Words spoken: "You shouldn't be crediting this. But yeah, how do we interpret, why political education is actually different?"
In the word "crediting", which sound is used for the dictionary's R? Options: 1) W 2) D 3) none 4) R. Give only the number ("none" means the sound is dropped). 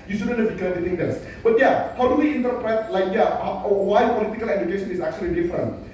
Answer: 3